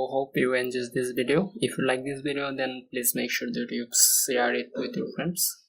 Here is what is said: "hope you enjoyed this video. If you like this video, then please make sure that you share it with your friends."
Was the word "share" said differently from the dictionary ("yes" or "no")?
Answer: yes